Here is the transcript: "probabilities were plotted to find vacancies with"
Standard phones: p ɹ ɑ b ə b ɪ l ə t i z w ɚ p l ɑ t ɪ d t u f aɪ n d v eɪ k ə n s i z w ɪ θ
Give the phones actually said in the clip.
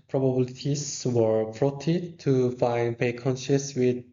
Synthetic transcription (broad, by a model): p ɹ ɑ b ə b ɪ l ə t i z w ɚ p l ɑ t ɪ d t u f aɪ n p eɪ k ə n ʃ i s w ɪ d